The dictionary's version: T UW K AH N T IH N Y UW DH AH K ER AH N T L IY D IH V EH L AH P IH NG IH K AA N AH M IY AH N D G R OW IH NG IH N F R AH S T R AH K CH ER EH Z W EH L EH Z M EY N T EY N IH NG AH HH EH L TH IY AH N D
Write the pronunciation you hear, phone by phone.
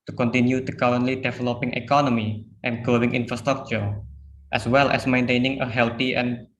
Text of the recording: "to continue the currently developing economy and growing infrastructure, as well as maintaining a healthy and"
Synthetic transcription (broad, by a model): T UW K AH N T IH N Y UW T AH K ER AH N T L IY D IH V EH L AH P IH NG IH K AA N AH M IY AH N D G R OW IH NG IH N F R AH S T R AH K CH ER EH S W EH L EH S M EY N T EY N IH NG AH HH EH L T IY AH N